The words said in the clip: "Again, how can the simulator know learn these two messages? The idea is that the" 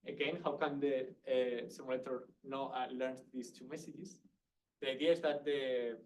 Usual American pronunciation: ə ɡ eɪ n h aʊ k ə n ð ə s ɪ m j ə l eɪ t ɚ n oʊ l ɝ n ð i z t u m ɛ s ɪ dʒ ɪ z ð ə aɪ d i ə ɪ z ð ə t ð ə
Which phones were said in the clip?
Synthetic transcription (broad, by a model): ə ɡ eɪ n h aʊ k ə n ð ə s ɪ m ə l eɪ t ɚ n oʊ l ɝ n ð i s t u m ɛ s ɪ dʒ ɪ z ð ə aɪ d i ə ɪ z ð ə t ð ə